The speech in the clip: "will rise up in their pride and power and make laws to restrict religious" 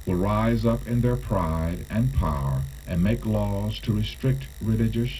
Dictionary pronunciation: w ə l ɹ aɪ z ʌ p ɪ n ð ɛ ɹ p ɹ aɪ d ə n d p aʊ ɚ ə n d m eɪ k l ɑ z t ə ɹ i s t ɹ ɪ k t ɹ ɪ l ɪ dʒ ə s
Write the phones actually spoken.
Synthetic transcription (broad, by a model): w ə l ɹ aɪ z ʌ p ɪ n ð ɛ ɹ p ɹ aɪ d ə n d p aʊ ɚ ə n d m eɪ k l ɑ z t ə ɹ i s t ɹ ɪ k t ɹ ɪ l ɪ dʒ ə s